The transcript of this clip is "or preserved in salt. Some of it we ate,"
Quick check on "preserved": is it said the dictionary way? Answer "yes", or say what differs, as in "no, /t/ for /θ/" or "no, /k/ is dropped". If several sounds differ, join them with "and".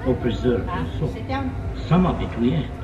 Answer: no, /d/ is dropped